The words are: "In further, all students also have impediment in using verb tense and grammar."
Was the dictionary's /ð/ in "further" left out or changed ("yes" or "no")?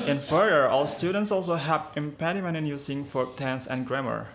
yes